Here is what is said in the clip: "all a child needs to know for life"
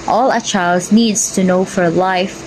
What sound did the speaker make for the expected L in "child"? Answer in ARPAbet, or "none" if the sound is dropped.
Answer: L